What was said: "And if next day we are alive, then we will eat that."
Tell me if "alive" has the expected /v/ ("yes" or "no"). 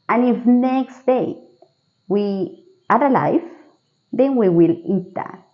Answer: no